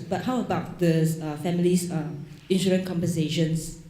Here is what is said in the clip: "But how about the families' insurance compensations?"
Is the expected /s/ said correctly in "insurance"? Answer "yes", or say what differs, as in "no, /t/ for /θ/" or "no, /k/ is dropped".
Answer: no, /s/ is dropped